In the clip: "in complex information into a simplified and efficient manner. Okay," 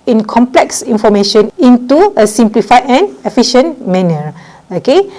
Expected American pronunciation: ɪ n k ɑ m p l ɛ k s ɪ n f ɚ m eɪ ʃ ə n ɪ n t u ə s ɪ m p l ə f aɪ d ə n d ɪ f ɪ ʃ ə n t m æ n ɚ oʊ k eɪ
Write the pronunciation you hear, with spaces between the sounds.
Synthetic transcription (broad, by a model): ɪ n k ɑ m p l ɛ k s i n f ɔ m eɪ ʃ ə n ɪ n t u ə s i m p l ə f aɪ ə n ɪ f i ʃ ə n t m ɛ n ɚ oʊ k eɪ